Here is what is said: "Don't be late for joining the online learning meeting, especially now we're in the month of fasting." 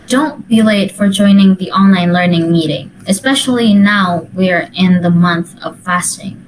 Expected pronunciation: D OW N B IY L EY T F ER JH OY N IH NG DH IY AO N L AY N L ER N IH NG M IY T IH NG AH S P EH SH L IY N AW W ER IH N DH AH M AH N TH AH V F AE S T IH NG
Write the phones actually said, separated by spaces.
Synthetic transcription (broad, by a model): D OW N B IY L EY T F ER JH OY N IH NG DH IY AO N L AY N L ER N IH NG M IY T IH NG AH S P EH SH L IY N AW W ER IH N DH AH M AH N TH AH V F AE S T IH NG